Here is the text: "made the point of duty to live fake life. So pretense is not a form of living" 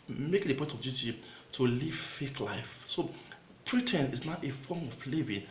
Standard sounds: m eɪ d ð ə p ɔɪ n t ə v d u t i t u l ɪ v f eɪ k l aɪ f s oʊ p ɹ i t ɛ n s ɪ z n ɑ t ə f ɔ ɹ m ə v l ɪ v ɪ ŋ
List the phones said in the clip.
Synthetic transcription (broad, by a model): m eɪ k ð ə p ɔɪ t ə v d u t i t u l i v f eɪ k l aɪ f s oʊ p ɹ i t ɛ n ɪ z n ɑ t ə f ɔ m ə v l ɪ v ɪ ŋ